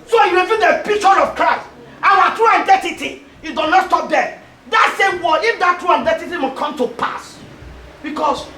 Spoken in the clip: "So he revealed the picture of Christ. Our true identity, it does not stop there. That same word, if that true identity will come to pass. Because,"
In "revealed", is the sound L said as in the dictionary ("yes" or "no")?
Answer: no